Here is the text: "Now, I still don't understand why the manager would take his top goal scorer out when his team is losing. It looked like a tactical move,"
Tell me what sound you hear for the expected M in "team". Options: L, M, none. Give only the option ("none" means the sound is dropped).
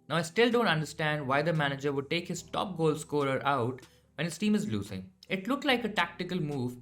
M